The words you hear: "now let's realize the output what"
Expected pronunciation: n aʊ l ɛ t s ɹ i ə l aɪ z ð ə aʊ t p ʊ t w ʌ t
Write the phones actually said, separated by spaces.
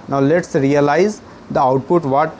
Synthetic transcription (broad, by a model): n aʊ l ɛ t s ɹ i ə l aɪ z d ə aʊ t p ʊ t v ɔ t